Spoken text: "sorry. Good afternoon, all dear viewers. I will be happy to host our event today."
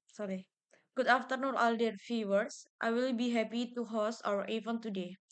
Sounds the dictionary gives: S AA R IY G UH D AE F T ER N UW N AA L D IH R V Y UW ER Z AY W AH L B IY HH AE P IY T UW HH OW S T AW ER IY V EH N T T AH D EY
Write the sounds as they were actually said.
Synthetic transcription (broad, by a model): S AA R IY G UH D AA F T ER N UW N AA L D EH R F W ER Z AY W AH L B IY HH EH P IY T UW HH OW S AW ER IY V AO N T T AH D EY